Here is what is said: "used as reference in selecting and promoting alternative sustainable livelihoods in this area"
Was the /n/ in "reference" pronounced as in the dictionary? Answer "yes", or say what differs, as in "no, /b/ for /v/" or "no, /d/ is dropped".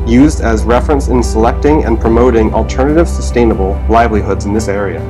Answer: yes